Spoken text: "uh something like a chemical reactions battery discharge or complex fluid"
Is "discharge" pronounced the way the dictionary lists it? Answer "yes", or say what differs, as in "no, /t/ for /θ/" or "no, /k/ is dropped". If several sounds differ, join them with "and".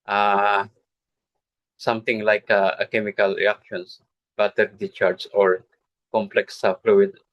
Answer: no, /s/ is dropped